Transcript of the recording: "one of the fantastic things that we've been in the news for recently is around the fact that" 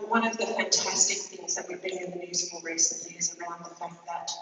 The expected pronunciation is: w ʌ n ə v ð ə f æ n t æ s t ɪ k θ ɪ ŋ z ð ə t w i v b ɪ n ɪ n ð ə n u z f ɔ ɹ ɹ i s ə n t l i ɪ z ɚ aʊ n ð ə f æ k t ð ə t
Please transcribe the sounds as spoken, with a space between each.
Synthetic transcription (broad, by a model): w ʌ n ə v ð ə f æ n t æ s t ɪ k θ ɪ ŋ z ð ə t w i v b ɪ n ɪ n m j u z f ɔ l ɹ i s ə n t l i ɪ z ɚ aʊ n ð ə f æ k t ð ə t